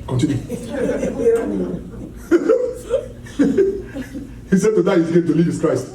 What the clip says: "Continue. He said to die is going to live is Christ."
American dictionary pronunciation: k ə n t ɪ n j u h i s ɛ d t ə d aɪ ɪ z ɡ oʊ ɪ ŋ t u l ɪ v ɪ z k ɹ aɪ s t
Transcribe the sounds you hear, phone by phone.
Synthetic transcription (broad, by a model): k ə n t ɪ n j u h i s ɛ d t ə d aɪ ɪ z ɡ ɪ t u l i ɪ s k ɹ aɪ s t